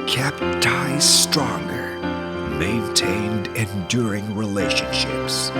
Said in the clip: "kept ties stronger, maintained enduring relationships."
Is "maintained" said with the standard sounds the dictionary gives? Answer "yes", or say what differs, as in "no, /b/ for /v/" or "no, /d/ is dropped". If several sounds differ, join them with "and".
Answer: yes